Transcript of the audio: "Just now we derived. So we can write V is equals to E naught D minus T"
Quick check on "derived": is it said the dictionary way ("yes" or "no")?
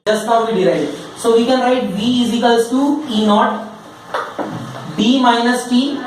no